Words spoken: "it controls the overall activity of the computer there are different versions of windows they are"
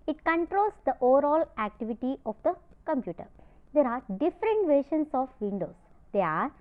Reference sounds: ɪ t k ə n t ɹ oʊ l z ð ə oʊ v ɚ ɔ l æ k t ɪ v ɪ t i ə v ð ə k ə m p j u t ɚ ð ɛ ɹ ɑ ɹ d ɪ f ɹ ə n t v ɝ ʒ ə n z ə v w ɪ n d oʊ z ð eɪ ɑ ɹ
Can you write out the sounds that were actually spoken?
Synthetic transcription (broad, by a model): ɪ t k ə n t ɹ oʊ l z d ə oʊ v ɚ ɔ l æ k t ɪ v ɪ t i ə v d ə k ə m p j u t ɚ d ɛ ɹ ɑ ɹ d ɪ f ɹ ə n t v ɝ ʃ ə n s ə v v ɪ n d oʊ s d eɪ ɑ ɹ